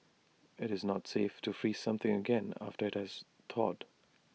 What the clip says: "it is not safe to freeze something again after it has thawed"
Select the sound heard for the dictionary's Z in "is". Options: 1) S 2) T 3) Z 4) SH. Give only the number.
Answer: 3